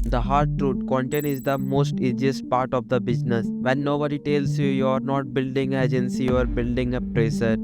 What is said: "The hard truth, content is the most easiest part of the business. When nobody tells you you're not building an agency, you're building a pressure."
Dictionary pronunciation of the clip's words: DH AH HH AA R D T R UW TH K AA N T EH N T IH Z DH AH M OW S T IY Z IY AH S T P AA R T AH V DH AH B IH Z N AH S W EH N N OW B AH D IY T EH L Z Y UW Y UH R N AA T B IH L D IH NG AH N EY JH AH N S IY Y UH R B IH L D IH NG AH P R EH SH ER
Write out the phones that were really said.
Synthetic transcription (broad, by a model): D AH HH AA R D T R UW T K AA N T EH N IH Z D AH M OW S T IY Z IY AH S T P AA R T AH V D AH B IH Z N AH S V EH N N OW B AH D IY T EH L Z Y UW Y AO R N AA T B IH L D IH NG EY JH AH N S IY Y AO R B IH L D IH NG AH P R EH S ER